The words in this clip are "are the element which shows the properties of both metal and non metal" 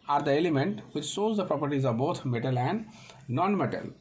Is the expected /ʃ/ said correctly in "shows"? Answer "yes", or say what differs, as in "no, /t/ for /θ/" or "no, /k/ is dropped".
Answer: no, /s/ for /ʃ/